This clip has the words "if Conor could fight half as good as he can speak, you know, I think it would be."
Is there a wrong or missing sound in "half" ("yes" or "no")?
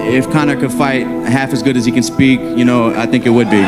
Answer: no